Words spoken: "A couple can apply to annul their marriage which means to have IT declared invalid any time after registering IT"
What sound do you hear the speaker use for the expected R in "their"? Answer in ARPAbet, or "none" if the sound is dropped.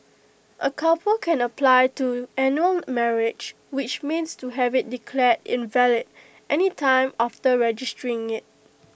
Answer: L